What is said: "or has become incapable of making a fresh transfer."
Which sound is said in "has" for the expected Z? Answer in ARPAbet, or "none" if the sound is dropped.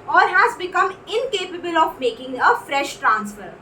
Z